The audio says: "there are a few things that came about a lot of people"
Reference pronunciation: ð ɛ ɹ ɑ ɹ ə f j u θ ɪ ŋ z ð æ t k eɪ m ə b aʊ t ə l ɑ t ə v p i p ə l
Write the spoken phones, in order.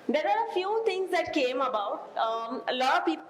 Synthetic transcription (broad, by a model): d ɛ ɹ ɑ ɹ ə f j u t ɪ ŋ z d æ t k eɪ m ə b aʊ t ə l ɑ t ə v p i p